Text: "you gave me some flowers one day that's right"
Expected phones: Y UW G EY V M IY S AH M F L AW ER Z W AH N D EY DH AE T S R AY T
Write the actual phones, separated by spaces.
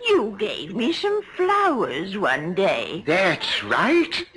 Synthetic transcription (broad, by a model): Y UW G EY V M IY S AH M F L AW ER Z W AH N D EY DH AE T S R AY T